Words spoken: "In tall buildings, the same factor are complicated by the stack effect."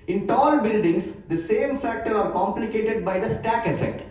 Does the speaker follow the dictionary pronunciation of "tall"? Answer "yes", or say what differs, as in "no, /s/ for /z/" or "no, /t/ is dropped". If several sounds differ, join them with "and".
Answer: yes